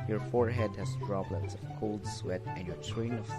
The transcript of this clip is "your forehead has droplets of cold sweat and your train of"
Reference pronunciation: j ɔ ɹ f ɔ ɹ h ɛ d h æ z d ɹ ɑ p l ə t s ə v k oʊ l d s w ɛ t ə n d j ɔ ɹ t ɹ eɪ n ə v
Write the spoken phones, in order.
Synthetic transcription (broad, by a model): j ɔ ɹ f ɔ ɹ h ɛ d h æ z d ɹ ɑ b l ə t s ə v k oʊ l d s w ɛ t ə n d j ɔ ɹ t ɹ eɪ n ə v